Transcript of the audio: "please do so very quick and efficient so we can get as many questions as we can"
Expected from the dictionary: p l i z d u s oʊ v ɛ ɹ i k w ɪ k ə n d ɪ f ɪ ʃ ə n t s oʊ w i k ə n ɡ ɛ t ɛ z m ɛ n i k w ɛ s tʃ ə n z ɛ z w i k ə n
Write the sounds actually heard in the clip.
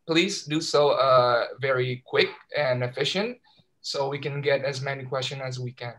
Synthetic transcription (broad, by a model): p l i z d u s oʊ v ɛ ɹ i k w ɪ k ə n ɪ f ɪ ʃ ə n t s oʊ w i k ə n ɡ ɛ t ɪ z m ɛ n i k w ɛ s tʃ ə n ɪ z w i k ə n